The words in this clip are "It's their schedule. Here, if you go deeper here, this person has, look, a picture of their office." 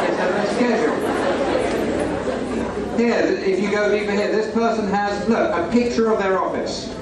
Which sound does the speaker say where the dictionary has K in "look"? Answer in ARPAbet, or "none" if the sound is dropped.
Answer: none